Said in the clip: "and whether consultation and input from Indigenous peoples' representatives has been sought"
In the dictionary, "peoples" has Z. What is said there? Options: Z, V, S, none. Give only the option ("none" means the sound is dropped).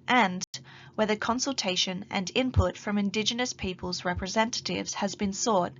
Z